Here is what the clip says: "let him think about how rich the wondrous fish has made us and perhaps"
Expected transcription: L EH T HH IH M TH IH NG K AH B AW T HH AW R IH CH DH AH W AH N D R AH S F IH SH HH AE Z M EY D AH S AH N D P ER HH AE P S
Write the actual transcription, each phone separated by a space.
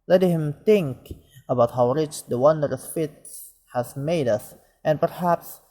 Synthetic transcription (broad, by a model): L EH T HH IH M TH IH NG K AH B AW T HH AW R IH CH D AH W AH N D R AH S F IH S HH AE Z M EY D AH S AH N P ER HH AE P S